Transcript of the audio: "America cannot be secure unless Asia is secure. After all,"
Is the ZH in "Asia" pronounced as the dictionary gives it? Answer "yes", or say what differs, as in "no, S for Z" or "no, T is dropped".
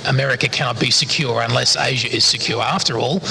yes